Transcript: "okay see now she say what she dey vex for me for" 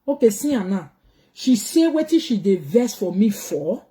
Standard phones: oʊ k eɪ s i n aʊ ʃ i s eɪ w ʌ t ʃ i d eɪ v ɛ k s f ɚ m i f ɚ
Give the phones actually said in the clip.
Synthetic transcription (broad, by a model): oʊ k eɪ s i n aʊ ʃ i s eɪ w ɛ t ʃ i d eɪ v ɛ s f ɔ m i f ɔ